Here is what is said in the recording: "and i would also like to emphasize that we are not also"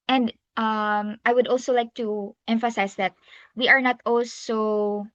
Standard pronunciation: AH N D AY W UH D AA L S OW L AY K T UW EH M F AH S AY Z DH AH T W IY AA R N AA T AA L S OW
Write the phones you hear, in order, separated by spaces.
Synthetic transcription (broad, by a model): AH N D AY W UH D AA L S OW L AY K T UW EH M F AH S AY S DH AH T W IY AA R N AA T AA L S OW